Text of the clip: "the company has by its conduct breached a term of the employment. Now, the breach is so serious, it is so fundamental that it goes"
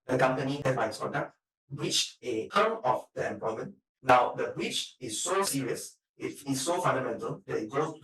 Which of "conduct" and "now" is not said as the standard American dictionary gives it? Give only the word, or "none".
conduct